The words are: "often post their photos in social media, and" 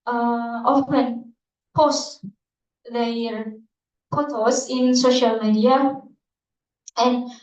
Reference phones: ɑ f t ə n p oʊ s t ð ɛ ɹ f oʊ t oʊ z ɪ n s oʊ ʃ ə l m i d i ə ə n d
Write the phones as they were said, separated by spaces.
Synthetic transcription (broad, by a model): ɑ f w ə n p oʊ s t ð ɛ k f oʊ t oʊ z ɪ n s oʊ ʃ ə l m i d i ə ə n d